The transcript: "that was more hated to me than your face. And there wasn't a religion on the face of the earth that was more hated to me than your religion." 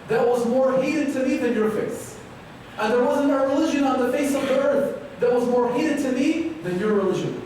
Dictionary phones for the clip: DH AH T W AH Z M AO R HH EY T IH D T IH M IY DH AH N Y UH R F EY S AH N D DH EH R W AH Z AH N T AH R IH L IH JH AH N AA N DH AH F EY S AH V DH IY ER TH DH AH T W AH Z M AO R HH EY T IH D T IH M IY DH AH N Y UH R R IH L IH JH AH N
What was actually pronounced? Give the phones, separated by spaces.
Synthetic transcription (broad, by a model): DH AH T W AH Z M AO R HH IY T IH D T IH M IY DH AH N Y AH R F EY S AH N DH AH R W AH Z AH N T AH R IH L IH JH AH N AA N DH AH F EY S AH V DH IY ER TH DH AH T W AH Z M AO R HH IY T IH D T IH M IY DH AH N Y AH R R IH L IH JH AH N